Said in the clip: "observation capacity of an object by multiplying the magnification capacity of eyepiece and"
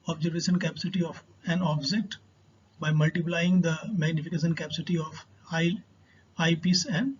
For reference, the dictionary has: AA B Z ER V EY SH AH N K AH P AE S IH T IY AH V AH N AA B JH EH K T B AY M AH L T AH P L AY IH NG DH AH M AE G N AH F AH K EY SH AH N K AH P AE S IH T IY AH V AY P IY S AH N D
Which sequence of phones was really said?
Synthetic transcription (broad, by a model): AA B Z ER V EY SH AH N K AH P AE S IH T IY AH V AH N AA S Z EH T B AY M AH L T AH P L AY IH NG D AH M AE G N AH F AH K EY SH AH N K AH P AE S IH T IY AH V AY P IY S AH N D